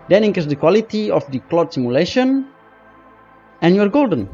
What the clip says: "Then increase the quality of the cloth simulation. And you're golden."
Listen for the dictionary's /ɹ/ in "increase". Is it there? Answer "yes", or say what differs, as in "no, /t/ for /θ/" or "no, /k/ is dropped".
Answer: no, /ɹ/ is dropped